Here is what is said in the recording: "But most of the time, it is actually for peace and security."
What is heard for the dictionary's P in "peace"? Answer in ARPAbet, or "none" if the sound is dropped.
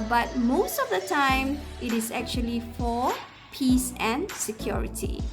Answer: P